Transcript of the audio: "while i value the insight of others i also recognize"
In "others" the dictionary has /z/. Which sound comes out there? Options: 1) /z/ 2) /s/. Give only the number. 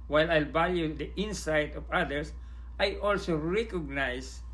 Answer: 2